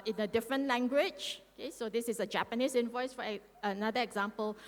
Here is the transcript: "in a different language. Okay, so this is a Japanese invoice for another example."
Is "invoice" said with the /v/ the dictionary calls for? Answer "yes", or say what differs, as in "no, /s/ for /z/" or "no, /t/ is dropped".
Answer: yes